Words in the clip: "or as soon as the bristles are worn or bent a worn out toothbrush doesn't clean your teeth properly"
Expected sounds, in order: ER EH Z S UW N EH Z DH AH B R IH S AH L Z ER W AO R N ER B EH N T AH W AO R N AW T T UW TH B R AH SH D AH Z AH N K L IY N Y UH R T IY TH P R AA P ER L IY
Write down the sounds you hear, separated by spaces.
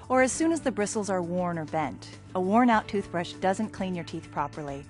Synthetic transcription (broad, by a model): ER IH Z S UW N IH Z DH AH B R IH S L Z ER W AO R N ER B EH N T AH W AO R N AW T T UW TH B R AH SH D AH Z AH N K L IY N Y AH R T IY TH P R AA P ER L IY